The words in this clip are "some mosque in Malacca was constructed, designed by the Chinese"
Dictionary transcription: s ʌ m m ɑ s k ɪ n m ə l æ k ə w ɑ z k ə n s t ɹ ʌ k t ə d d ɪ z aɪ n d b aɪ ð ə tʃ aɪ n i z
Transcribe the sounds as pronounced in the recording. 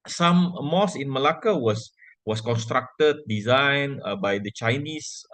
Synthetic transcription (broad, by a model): s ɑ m m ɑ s ɪ n m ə l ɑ k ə w ɑ s k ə n s t ɹ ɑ k t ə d d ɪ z aɪ n b aɪ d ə tʃ aɪ n i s